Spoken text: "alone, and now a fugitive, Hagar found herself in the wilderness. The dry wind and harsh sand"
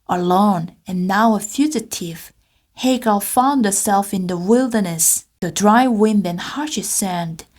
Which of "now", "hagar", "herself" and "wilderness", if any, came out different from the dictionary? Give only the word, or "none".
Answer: hagar